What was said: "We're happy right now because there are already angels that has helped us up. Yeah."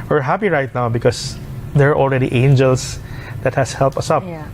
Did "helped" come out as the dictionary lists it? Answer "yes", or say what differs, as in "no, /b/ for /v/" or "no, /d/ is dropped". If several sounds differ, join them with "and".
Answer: yes